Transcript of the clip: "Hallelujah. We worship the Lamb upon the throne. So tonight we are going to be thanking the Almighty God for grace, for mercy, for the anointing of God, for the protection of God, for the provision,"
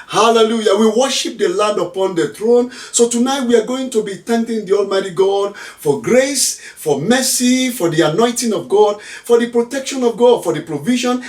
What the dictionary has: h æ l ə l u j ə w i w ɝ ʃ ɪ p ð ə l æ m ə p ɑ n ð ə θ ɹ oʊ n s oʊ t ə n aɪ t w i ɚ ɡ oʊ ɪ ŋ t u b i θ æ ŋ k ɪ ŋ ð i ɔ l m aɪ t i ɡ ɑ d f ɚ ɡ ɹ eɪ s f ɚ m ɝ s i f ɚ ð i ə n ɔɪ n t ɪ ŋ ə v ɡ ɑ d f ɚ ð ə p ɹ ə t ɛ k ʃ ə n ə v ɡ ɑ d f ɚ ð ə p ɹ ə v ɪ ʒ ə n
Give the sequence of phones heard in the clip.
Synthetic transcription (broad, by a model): h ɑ l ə l u j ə w i w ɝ ʃ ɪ p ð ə l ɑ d ə p ɑ n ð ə θ ɹ oʊ n s oʊ t ə n aɪ t w i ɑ ɡ oʊ ɪ ŋ t u b i t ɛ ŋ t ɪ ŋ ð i ɔ l m aɪ t i ɡ ɑ d f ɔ ɡ ɹ eɪ s f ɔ m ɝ s i f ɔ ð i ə n ɔɪ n t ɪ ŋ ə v ɡ ɑ d f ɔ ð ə p ɹ ə t ɛ k ʃ ə n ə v ɡ ɑ d f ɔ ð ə p ɹ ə v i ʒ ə n